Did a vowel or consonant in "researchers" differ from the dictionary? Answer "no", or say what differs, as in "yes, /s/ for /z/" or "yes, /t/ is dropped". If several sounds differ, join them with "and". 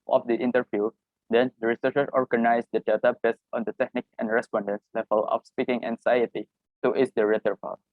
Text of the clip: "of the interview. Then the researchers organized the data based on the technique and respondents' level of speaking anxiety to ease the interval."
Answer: yes, /z/ is dropped